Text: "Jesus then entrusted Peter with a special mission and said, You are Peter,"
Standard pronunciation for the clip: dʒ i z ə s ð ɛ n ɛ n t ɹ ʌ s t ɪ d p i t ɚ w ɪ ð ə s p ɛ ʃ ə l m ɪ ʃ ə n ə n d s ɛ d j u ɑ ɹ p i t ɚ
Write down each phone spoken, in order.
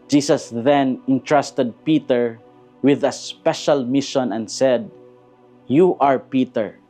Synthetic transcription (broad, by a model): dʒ i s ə s ð ɛ n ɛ n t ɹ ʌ s t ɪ d p i t ɚ w ɪ ð ə s p ɛ ʃ ə l m ɪ ʃ ə n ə n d s ɛ d j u ɑ ɹ p i t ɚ